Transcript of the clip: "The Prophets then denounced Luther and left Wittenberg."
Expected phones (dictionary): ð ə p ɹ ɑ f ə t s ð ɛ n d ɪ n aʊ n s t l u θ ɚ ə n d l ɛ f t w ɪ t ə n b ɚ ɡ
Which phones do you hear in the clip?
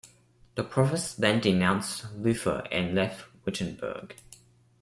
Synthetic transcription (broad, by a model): ð ə p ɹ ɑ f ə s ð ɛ n d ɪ n aʊ n s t l u f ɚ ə n l ɛ f t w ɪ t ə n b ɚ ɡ